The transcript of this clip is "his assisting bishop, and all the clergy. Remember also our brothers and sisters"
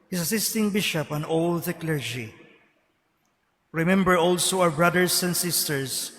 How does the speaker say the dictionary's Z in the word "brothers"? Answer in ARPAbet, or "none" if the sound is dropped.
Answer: S